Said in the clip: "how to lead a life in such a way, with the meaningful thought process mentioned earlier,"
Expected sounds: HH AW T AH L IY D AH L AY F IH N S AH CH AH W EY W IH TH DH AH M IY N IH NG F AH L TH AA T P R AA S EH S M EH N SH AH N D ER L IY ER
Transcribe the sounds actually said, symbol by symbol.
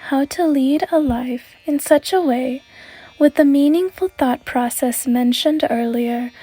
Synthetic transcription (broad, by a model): HH AW T AH L IY D AH L AY F IH N S AH CH AH W EY W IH DH AH M IY N IH NG F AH L TH AA T P R AA S EH S M EH N SH AH N D ER L IY ER